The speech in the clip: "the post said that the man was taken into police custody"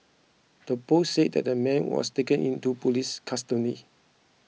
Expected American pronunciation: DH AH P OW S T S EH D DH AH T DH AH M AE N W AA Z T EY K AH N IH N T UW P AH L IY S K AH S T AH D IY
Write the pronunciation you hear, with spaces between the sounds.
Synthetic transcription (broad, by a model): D AH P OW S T S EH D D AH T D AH M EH N W AA S T EY K AH N IH N T UW P AH L IY S K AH S T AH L IY